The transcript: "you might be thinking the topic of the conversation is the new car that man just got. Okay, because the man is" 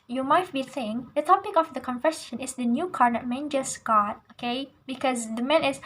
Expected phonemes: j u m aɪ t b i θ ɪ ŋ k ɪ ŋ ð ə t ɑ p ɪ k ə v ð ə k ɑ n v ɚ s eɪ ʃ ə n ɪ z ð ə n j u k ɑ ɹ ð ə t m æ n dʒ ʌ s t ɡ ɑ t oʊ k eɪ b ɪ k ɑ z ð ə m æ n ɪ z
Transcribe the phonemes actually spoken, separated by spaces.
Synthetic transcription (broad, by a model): j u m aɪ t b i s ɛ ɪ ŋ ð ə t ɑ p ɪ k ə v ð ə k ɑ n f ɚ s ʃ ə n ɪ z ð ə n j u k ɑ ɹ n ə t m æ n dʒ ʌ s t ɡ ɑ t oʊ k eɪ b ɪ k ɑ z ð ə m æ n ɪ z